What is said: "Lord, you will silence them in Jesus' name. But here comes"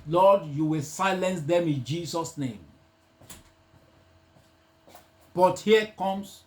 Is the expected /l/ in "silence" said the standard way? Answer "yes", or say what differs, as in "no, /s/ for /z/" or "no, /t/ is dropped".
yes